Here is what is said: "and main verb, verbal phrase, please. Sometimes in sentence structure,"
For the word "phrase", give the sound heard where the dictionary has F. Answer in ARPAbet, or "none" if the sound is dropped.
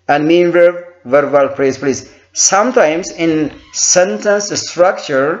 P